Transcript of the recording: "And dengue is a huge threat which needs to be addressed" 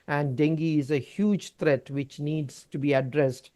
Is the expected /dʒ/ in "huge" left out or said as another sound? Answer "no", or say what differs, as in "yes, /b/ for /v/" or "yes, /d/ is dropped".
no